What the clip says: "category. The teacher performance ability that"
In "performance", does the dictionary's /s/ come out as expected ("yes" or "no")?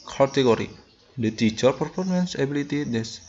yes